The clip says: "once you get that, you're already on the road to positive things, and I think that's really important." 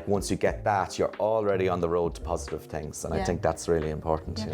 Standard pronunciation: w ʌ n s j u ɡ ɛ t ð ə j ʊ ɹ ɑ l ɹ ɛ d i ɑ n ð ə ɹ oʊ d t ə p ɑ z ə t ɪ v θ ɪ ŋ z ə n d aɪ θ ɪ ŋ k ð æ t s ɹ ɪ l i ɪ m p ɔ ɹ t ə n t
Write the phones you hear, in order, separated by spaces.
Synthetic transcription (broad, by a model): w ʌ n s j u ɡ ɛ t ð ə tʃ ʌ ɹ ɑ l ɹ ɛ d i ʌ n ð ə ɹ oʊ d t ə p ɑ z ə t ɪ v θ ɪ ŋ z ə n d aɪ θ ɪ ŋ k ð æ t s ɹ ɪ l i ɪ m p ɔ ɹ t n t